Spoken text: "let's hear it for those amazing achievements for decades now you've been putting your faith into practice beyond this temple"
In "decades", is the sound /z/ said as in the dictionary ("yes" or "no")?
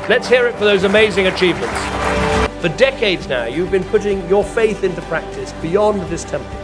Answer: yes